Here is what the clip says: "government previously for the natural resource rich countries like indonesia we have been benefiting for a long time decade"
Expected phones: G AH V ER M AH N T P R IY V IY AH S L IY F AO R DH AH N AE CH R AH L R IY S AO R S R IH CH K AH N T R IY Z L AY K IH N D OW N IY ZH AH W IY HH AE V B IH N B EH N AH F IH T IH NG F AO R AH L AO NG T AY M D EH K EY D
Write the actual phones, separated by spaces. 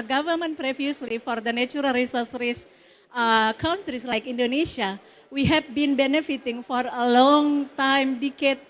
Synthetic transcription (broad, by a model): G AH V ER M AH N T P R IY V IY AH S L IY F AO R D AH N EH CH R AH L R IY S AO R S R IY S K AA N T R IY S L AY K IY N D OW N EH S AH W IY HH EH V B IH N B EH N AH F IH T IH NG F AO R AH L AO NG T AY M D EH K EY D